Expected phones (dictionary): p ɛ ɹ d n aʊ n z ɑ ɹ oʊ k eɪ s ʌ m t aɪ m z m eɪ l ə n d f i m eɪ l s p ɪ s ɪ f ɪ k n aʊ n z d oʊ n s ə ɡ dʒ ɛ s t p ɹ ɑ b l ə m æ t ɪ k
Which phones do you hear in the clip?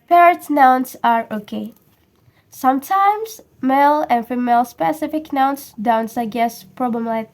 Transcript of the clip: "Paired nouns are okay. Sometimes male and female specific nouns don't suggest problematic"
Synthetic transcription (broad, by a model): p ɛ ɹ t n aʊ n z ɑ ɹ oʊ k eɪ s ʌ m t aɪ m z m eɪ l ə n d f i m eɪ l s p ɪ s ɪ f ɪ k n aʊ n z d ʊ n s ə ɡ ɛ s p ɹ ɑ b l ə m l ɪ